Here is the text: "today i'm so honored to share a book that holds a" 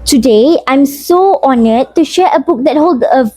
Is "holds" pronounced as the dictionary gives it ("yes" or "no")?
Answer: no